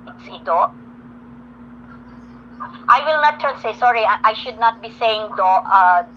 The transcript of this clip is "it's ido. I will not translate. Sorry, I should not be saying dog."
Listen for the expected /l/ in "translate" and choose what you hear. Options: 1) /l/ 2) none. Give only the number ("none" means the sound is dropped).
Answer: 2